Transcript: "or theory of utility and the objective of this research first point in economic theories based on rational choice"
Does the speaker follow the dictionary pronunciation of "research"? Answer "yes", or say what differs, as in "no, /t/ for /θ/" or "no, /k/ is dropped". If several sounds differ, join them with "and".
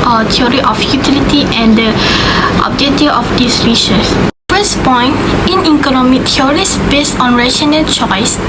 no, /s/ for /tʃ/